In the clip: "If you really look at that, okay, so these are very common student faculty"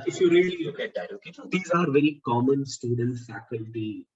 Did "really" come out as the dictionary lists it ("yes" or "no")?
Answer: no